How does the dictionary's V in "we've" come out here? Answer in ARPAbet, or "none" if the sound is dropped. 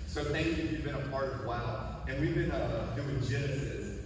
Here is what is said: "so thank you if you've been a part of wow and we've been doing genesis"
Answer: V